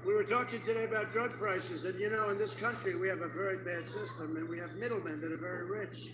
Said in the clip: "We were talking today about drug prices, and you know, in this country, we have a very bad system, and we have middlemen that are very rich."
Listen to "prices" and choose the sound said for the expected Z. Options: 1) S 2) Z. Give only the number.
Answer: 2